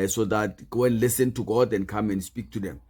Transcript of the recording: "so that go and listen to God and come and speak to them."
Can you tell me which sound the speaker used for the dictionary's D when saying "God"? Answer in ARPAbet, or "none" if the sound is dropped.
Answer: D